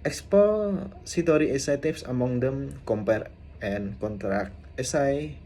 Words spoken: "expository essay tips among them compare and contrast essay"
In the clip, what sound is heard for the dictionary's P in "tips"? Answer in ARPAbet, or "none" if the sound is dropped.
F